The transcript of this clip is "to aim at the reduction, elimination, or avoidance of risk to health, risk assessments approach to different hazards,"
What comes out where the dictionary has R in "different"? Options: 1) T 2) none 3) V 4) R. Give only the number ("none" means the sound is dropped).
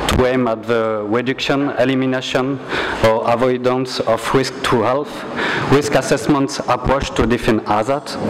2